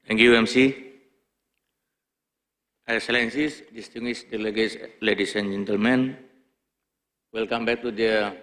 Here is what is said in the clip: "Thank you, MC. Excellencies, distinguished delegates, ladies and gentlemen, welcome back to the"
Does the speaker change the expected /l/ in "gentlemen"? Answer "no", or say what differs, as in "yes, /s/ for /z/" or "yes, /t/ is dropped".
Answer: no